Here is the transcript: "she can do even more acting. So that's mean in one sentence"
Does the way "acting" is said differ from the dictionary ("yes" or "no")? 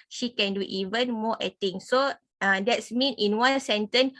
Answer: yes